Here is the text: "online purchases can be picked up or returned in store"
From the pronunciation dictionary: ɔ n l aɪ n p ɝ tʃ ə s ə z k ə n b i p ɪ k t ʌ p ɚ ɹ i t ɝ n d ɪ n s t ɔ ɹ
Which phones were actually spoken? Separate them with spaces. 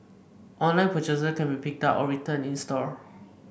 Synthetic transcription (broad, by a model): ɔ n l aɪ n p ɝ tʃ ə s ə k ə n b i p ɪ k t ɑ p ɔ ɹ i t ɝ n ɪ n s t ɔ ɹ